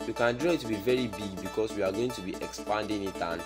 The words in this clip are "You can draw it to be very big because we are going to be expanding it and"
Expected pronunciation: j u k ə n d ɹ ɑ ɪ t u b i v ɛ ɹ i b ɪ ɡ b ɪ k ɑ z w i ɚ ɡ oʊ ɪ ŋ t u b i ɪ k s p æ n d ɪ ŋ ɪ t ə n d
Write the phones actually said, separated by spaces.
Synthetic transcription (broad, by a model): j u k ə n d ɹ ɑ ɪ t u b i v ɛ ɹ i b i ɡ b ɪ k ɑ s w i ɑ ɡ oʊ ɪ ŋ t u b i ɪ k s p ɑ n d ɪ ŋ ɪ t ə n